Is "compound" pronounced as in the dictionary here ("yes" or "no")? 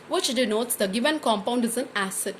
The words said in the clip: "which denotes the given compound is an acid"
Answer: yes